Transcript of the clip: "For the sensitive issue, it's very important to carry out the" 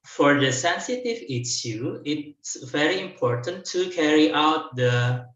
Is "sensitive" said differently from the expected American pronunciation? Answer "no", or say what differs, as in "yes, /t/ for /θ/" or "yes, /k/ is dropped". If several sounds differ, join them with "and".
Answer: no